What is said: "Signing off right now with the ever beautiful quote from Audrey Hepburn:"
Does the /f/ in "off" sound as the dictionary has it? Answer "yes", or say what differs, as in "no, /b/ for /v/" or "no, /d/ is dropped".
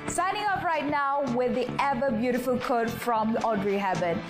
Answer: no, /p/ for /f/